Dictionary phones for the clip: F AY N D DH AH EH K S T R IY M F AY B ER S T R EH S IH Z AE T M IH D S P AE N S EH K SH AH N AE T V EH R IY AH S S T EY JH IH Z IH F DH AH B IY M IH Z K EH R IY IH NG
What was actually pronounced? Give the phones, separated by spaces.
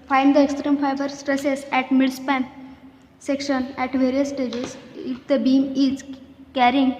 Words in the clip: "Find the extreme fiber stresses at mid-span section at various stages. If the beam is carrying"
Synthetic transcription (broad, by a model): F AY N D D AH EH K S T R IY M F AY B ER S T R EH S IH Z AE T M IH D S P AE N S EH K SH AH N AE T V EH R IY AH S S T EY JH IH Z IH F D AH B IY M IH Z K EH R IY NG